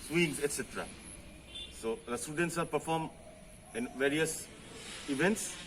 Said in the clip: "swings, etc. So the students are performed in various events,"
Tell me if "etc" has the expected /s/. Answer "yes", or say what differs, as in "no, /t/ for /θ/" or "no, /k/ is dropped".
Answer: yes